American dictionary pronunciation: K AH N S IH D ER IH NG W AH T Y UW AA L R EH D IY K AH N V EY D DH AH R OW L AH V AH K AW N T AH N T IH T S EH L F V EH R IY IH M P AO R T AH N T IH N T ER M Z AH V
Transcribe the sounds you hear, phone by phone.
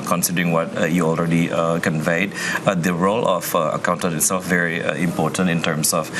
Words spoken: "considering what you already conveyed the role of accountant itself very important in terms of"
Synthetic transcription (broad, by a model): K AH N S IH D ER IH NG W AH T Y UW AA L R EH D IY K AH N V EY D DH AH R OW L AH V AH K AW N T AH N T IH T S EH L F V EH R IY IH M P AO T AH N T IH N T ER M S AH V